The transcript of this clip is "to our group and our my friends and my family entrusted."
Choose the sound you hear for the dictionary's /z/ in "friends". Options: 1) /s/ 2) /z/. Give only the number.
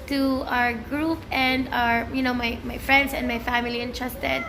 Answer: 1